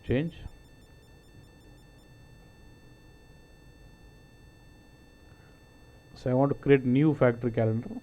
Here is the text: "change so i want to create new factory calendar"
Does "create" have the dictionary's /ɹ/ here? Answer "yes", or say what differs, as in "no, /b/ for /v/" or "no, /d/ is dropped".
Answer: yes